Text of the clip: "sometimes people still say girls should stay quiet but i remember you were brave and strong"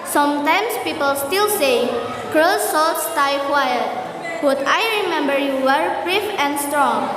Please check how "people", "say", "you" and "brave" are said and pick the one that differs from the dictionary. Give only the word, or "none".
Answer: brave